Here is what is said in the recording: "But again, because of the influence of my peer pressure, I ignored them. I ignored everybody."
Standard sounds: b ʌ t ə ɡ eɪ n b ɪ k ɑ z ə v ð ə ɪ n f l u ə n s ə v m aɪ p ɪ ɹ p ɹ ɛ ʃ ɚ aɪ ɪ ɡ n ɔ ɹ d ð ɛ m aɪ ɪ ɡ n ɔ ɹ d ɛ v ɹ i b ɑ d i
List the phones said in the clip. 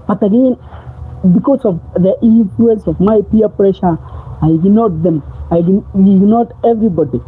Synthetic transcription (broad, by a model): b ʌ t ə ɡ eɪ n b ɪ k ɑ s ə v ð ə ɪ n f l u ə n s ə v m aɪ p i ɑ p ɹ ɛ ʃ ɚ aɪ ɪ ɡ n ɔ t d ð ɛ m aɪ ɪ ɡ n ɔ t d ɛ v ɹ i b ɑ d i